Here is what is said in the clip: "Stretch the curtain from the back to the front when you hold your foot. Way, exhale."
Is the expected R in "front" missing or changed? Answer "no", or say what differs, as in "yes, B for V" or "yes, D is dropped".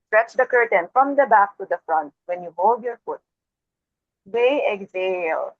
no